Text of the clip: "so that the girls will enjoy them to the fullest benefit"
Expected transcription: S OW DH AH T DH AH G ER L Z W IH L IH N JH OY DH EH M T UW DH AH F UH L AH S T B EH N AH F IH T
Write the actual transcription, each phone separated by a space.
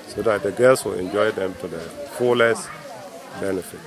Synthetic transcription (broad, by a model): S OW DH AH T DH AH G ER L S W IH L IH N JH OY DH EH M T UW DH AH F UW L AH S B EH N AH F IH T